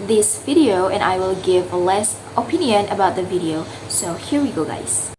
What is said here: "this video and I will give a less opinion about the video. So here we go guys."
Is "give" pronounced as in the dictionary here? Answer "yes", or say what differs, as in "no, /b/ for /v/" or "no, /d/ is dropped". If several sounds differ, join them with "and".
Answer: yes